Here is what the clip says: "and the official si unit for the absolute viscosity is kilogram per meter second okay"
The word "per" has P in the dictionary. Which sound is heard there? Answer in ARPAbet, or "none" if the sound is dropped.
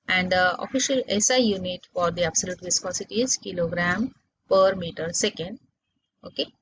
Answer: P